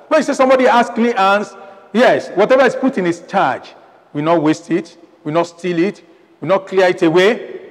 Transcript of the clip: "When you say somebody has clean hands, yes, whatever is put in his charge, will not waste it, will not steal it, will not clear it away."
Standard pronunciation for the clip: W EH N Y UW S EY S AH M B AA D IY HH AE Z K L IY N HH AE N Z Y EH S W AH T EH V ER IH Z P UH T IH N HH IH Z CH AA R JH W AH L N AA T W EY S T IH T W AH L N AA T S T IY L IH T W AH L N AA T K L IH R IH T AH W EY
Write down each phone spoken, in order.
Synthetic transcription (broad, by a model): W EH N Y UW S EY S AH M B AA D IY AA S K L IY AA N S Y EH S W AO T EH V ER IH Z P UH T IH N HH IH S CH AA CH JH W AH N AA T W EY S T IH T W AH N AA T S T IY L IH T W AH N AA T K L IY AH IH T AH W EY